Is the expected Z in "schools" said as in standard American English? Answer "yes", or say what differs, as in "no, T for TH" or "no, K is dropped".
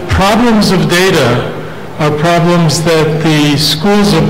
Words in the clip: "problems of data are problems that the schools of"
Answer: yes